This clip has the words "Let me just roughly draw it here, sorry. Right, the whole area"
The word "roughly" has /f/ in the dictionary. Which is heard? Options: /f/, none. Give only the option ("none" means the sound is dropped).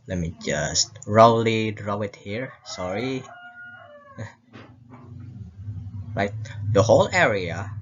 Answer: none